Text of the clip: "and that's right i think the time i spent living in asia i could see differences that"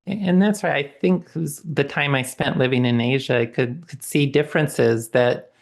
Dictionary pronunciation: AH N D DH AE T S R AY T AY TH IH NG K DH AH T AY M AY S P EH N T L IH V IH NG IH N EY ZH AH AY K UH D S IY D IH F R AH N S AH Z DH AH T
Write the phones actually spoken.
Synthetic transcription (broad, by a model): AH N DH AE T S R AY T AY TH IH NG K DH AH T AY M AY S P EH N T L IH V IH NG IH N EY ZH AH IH K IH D S IY D IH F R AH N S AH Z DH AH T